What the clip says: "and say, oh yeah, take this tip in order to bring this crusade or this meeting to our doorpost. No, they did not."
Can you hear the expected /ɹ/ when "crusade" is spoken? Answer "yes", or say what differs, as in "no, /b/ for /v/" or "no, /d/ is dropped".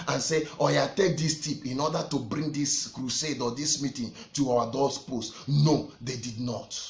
yes